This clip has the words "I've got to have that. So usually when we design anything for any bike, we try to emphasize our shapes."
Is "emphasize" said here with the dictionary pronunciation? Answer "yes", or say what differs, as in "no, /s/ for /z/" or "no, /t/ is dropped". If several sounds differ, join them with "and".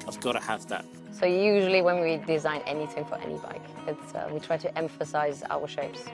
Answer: yes